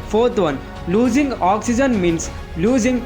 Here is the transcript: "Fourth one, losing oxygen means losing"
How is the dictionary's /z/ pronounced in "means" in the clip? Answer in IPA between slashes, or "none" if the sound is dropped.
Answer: /s/